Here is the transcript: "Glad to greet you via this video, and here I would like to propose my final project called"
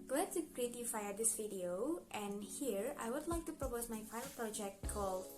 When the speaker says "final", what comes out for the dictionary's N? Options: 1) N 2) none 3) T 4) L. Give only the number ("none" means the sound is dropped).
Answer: 2